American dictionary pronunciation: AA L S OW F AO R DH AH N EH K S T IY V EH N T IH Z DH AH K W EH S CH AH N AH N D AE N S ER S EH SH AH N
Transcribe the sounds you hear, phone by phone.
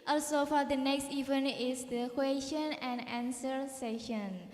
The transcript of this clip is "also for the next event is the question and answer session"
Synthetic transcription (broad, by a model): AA L S OW F AO R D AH N EH K S T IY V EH N IH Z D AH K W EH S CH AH N AH N D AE N S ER S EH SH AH N